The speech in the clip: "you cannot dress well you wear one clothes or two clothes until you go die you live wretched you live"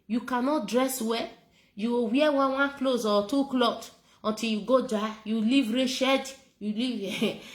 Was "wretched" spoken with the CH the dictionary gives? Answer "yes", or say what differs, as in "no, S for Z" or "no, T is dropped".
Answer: no, SH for CH